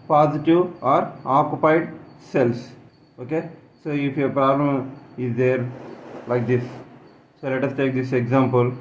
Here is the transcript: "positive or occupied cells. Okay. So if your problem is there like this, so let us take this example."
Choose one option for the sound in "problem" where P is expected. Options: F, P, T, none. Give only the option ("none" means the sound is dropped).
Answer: P